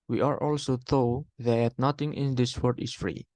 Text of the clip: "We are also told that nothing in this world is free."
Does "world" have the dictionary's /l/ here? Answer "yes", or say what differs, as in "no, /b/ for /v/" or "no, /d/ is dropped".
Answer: no, /l/ is dropped